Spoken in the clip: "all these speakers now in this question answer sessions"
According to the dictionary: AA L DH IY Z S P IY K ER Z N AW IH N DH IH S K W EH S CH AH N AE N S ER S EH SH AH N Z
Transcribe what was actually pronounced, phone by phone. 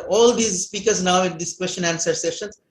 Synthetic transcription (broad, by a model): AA L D IY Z S P IY K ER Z N AW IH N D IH S K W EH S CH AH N AE N S ER S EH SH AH N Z